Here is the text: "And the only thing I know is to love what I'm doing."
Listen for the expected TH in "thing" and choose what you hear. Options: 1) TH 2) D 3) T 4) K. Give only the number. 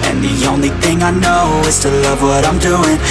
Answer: 1